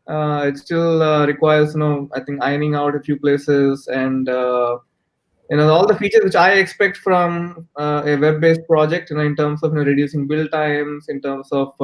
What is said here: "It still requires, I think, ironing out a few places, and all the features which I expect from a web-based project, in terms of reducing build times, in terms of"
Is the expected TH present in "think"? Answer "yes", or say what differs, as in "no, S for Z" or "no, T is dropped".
no, T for TH